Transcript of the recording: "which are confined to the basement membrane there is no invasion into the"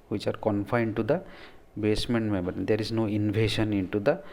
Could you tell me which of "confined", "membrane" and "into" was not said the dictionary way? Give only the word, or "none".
membrane